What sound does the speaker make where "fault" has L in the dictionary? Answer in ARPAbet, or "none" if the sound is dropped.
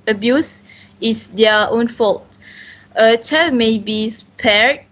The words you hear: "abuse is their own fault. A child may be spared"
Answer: L